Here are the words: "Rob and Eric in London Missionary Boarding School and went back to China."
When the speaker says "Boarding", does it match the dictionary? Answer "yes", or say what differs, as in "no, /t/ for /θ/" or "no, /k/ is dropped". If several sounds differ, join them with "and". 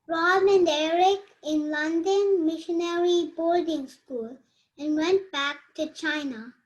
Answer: no, /l/ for /ɹ/